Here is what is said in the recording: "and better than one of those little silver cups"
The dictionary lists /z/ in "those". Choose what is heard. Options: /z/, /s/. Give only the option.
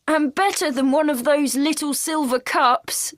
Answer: /z/